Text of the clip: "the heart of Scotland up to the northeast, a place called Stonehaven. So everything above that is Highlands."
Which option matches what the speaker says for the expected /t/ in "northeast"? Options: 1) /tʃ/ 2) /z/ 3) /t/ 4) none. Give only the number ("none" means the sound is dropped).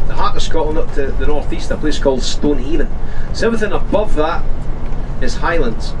3